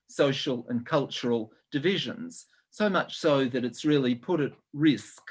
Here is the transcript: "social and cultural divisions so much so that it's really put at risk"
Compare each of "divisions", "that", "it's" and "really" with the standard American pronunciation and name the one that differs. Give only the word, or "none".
none